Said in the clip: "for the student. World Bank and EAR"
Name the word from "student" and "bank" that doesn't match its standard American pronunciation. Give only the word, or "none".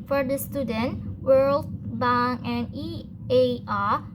bank